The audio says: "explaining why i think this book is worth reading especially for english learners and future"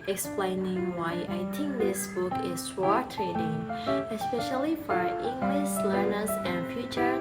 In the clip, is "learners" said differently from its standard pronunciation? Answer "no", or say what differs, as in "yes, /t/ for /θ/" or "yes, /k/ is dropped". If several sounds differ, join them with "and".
no